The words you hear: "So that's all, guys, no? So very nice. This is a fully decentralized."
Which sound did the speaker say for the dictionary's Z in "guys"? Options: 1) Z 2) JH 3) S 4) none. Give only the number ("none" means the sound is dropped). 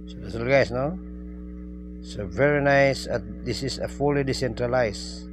3